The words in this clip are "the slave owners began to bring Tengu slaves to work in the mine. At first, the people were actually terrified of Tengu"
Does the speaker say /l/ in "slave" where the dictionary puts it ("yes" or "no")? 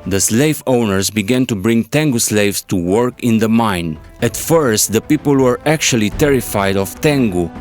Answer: yes